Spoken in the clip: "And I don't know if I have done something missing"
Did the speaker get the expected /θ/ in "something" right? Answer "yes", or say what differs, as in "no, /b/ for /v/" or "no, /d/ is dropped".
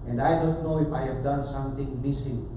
no, /t/ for /θ/